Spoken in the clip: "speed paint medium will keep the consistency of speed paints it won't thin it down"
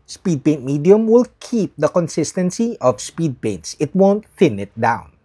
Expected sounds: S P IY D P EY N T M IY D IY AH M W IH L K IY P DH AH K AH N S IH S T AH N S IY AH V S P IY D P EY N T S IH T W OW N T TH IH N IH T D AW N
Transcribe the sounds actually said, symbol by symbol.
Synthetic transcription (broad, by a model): S P IY D P EY N T M IY D IY AH M W IH L K IY P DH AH K AH N S IH S T AH N S IY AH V S P IY D P EY N T S IH T W OW N T F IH N IH T D AW N